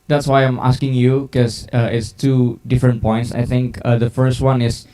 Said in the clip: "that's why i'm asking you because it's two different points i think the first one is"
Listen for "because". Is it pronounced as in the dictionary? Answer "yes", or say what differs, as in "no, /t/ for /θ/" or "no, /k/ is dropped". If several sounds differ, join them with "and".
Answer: no, /z/ is dropped